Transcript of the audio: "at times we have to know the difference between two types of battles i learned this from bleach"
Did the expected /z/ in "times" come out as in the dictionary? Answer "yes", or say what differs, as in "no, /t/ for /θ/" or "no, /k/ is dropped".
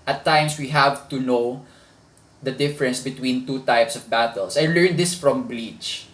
no, /s/ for /z/